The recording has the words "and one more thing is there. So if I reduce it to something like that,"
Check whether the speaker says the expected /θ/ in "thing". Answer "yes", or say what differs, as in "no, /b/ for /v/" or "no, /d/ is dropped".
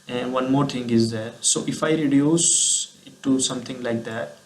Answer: no, /t/ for /θ/